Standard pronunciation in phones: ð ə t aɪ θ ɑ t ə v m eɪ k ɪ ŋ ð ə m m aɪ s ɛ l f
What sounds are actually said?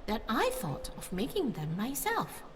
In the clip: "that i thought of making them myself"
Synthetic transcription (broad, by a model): ð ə t aɪ θ ɑ t ə v m eɪ k ɪ ŋ ð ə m m aɪ s ɛ l f